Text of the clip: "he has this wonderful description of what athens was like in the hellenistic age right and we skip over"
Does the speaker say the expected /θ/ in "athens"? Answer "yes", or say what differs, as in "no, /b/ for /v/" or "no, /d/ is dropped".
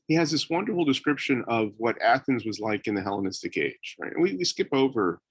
yes